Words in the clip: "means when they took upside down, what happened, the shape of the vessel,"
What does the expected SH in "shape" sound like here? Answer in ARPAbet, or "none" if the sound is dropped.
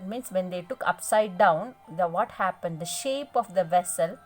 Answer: SH